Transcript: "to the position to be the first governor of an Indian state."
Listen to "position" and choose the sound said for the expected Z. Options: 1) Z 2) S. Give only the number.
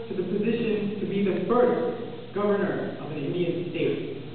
1